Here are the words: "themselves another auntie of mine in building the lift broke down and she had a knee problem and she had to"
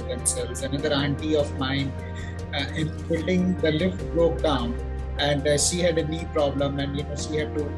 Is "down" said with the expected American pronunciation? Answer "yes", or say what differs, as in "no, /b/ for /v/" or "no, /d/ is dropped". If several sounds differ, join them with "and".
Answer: yes